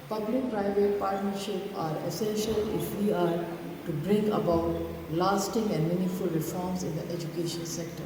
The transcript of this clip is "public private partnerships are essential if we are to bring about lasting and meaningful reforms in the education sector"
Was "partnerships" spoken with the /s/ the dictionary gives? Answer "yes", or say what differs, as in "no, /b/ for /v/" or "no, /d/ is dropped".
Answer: no, /s/ is dropped